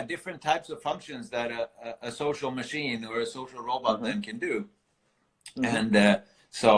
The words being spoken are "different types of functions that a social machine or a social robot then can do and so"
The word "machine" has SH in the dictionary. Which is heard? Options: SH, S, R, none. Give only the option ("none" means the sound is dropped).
SH